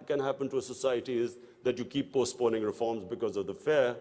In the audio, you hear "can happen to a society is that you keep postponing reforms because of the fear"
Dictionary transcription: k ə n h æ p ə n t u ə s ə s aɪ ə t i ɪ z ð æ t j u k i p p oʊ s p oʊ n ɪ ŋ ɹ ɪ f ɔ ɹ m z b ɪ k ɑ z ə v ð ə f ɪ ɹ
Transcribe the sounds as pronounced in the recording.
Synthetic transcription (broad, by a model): k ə n h æ p ə n t u ə s ə s aɪ ə t i ɪ z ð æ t j u k i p p oʊ s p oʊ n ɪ ŋ ɹ ɪ f ɔ ɹ m z b ɪ k ɑ z ə v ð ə f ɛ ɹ